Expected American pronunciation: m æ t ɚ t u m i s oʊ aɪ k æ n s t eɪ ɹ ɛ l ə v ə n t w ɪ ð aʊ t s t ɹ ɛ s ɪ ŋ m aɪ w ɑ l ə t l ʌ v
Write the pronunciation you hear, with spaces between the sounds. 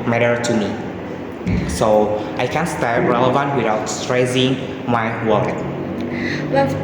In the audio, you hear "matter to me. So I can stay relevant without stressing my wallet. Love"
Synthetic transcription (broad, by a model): m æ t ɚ t u m i s oʊ aɪ k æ n s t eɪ ɹ ɛ l ə v ə n t w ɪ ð aʊ t s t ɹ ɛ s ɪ ŋ m aɪ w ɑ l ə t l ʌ